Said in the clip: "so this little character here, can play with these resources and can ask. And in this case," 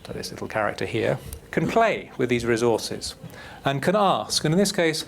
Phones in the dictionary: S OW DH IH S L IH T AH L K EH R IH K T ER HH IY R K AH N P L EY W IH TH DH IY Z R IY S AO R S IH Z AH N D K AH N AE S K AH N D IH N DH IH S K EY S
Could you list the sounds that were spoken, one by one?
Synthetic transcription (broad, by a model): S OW DH IH S L IH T L K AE R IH K T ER HH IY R K AH N P L EY W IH DH IY Z R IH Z AO R S IH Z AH N K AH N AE S K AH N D IH N DH IH S K EY S